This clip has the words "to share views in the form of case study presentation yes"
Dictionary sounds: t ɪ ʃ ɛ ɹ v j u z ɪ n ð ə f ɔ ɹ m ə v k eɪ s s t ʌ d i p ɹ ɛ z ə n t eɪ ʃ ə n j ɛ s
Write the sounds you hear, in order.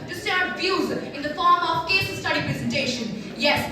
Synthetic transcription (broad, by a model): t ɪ s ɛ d v j u z ɪ n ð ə f ɔ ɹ m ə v k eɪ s s t ʌ d i p ɹ ɛ z ə n t eɪ ʃ ə n j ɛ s